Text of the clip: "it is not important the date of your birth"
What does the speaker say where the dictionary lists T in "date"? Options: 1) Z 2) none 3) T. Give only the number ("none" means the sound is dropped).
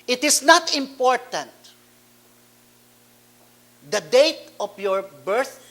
3